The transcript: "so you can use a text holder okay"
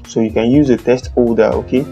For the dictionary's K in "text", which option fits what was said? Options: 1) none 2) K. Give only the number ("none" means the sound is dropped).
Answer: 1